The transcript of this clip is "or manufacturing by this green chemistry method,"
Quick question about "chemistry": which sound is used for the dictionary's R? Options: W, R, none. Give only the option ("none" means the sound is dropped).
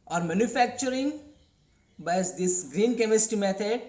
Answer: none